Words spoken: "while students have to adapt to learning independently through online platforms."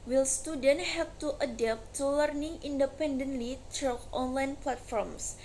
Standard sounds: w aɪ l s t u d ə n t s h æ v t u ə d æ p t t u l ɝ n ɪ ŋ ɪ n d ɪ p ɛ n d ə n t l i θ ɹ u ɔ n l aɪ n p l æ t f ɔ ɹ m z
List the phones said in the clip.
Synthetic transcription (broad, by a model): w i l s t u d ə n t h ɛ p t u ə d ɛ p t t u l ɝ n ɪ ŋ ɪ n d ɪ p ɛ n d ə n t l i t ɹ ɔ ɔ n l aɪ n p l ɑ t f ɔ ɹ m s